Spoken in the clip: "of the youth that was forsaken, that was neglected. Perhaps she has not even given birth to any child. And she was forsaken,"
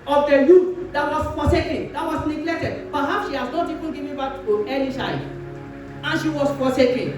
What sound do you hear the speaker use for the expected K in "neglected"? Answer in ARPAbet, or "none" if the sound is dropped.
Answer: K